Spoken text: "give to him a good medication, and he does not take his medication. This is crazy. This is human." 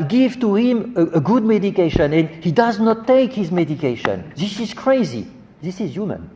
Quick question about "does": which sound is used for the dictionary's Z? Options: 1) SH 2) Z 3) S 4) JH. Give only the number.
2